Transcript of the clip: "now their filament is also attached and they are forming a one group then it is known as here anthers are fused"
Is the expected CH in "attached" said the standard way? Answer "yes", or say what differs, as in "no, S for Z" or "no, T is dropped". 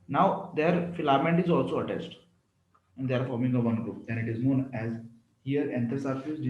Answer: no, S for CH